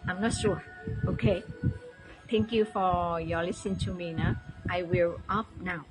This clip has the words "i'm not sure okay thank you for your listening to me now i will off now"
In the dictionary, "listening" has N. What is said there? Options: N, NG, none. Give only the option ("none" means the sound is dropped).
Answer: none